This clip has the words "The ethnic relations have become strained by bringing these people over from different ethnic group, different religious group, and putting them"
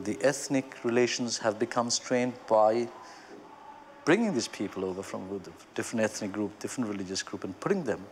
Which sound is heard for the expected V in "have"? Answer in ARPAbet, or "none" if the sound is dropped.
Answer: V